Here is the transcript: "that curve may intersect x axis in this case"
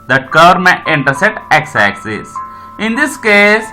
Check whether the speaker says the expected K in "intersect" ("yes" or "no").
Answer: no